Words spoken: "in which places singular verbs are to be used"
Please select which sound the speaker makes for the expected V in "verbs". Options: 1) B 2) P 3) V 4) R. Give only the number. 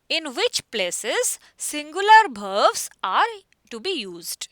1